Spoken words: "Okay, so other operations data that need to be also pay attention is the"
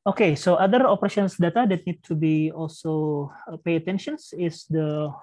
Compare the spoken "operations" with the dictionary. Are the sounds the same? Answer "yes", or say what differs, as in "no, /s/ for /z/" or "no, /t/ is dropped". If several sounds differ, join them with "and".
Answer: no, /s/ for /z/